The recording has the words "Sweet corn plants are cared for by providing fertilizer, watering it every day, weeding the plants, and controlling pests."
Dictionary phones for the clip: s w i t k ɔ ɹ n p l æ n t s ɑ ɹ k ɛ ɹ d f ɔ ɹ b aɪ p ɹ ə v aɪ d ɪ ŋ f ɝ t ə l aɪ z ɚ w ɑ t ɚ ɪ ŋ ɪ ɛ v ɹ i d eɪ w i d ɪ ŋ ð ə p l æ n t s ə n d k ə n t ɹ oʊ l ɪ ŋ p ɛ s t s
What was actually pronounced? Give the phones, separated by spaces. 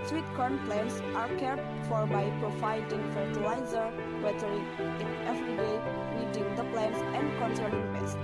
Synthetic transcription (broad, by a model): s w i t k ɔ ɹ n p l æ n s ɑ ɹ k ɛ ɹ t f ɔ ɹ b aɪ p ɹ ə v aɪ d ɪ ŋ f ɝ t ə l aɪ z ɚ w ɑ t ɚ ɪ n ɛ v ɹ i d eɪ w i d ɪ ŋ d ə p l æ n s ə n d k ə n s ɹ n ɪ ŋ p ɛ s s